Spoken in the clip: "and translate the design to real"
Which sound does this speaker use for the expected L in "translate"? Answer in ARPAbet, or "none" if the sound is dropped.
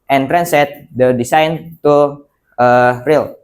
none